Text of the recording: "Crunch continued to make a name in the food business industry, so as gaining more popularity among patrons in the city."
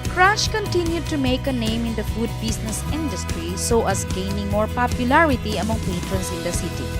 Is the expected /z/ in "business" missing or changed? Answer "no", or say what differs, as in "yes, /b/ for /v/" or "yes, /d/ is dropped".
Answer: yes, /s/ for /z/